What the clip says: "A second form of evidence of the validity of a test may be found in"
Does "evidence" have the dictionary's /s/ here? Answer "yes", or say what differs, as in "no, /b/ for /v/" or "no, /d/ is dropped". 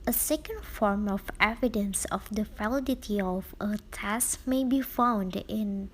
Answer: yes